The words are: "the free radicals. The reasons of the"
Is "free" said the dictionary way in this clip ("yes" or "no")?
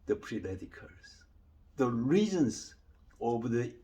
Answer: no